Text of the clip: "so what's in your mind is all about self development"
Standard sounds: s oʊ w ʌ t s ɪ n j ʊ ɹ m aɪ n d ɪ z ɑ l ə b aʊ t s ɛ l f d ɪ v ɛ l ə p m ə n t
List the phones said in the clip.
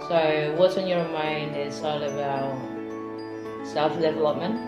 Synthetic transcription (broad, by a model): s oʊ w ʌ t s ɪ n j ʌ ɹ m aɪ n d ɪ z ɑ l ə b aʊ t s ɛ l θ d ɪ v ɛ l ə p m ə n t